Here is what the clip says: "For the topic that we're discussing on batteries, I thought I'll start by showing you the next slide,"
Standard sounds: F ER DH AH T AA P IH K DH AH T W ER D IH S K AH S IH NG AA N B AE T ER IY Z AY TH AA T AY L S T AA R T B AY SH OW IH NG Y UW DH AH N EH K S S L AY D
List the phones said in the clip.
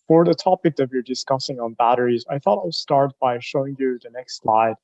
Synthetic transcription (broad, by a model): F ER DH AH T AA P IH K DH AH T W ER D IH S K AH S IH NG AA N B AE T ER IY Z AY TH AA T AY L S T AA R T B AY SH OW IH NG Y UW DH AH N EH K S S L AY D